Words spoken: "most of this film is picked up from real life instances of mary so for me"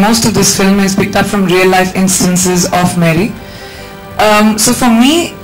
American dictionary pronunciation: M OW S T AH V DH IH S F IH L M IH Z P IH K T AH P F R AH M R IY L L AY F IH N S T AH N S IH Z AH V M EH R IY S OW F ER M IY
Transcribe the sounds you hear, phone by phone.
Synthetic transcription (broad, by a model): M OW S T AH V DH IH S F IH L M IH Z P IH K T AH P F R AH M R IY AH L AY F IH N S T AH N S IH Z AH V M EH R IY S OW F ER M IY